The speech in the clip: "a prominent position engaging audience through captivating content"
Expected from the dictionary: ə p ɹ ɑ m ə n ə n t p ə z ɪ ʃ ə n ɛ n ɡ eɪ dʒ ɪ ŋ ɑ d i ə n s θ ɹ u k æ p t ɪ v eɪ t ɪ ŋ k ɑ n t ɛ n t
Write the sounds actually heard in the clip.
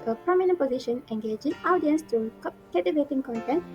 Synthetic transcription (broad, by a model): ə p ɹ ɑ m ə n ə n p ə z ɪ ʃ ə n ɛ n ɡ eɪ dʒ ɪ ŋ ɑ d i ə n s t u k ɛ t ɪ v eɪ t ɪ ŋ k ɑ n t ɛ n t